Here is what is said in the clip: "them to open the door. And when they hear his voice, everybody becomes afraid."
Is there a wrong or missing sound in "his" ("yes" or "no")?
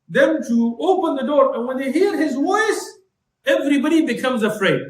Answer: no